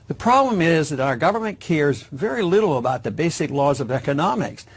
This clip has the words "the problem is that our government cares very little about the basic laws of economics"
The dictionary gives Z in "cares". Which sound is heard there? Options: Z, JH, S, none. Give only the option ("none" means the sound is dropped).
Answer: Z